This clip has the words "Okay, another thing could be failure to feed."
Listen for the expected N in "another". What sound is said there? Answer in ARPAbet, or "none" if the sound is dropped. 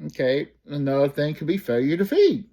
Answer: none